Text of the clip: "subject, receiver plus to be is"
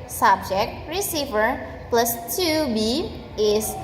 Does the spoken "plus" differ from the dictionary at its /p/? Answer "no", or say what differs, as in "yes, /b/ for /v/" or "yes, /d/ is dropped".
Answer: no